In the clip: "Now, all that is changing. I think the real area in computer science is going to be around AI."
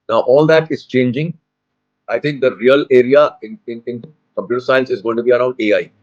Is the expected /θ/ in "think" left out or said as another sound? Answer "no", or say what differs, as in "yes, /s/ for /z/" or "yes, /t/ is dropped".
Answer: yes, /t/ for /θ/